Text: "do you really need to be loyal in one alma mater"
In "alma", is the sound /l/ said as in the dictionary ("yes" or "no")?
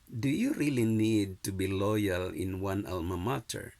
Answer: yes